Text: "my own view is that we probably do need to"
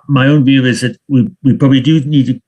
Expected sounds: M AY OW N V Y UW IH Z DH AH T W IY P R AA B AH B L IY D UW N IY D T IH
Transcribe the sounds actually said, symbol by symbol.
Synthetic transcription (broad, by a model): M AY OW N V Y UW IH Z DH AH T W IY P R AA B AH B L IY D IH N IY D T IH